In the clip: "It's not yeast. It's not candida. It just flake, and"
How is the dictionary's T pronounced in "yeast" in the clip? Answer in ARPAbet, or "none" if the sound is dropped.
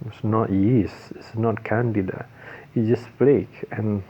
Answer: none